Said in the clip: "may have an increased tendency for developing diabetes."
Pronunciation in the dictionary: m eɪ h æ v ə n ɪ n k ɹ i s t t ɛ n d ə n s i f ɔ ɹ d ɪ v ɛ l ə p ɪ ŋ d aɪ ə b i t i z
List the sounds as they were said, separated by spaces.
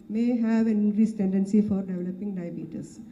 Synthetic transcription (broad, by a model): m eɪ h æ v ə n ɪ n ɹ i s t t ɛ n d ə n s i f ɔ ɹ d ɪ v ɛ l ə p ɪ ŋ d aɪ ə b i t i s